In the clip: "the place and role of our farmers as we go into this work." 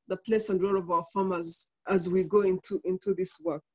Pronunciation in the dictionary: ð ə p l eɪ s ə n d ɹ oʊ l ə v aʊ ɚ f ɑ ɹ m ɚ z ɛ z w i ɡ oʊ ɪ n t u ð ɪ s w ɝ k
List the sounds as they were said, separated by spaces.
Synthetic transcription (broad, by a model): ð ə p l eɪ s ə n d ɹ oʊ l ə v aʊ ɚ f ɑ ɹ m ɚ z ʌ z w i ɡ oʊ ɪ n t u ð ɪ s w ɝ k